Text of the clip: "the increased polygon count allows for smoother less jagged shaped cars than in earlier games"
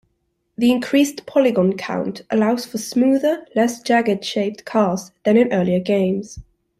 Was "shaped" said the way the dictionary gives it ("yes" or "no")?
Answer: yes